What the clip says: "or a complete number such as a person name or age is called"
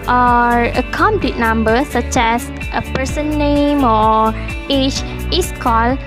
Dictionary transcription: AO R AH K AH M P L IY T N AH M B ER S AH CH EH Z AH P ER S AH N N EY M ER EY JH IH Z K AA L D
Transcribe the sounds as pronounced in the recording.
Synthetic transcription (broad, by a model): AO R AH K AH M P L IY T N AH M B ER S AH CH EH S AH P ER S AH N N EY M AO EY CH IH S K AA L